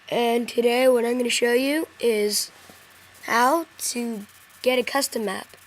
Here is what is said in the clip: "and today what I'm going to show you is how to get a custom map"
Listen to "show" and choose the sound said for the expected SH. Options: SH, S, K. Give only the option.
SH